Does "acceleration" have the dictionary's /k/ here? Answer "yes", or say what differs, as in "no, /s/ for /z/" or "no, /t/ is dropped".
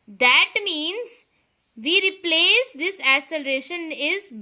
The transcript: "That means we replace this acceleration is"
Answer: no, /k/ is dropped